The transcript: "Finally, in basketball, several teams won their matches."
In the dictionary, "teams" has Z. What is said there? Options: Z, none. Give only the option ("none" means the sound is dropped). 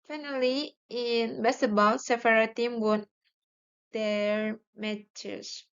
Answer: none